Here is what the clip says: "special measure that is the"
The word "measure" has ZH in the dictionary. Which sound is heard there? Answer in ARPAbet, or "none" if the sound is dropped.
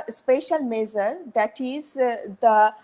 Z